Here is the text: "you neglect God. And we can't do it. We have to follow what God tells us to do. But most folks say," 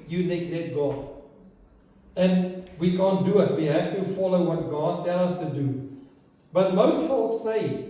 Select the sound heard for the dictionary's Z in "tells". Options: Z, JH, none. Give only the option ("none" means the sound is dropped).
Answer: none